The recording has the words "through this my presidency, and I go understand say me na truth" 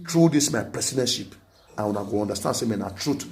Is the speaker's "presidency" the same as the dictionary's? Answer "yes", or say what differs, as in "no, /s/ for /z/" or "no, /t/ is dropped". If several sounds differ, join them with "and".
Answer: no, /s/ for /z/ and /ʃ/ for /s/